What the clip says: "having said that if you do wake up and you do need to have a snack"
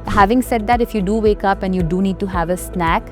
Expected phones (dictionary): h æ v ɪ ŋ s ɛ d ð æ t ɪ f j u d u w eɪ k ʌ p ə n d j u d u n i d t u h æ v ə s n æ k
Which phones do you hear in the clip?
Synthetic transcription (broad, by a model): h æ v ɪ ŋ s ɛ d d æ t ɪ f j u d u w eɪ k ʌ p ə n d j u d u n i d t u h æ v ə s n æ k